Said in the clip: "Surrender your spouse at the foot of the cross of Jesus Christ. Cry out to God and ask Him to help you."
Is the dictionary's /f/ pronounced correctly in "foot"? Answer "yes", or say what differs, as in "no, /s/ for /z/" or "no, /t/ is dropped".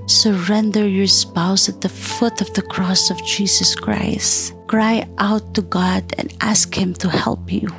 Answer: yes